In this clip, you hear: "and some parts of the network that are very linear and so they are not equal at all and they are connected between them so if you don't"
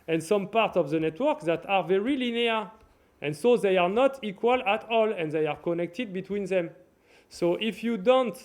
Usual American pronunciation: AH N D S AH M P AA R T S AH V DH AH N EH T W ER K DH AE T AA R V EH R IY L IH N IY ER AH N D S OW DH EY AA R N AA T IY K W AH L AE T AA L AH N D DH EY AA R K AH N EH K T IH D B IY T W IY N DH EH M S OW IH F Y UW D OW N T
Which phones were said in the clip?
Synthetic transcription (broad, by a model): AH N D S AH M P AA R T S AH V DH AH N EH T W ER K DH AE T AA R V EH R IY L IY N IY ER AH N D S OW DH EY AA R N AA T IY K W AH L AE T AA L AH N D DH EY AA R K AH N EH K T IH D B IY T W IY N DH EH M S OW IH F Y UW D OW N T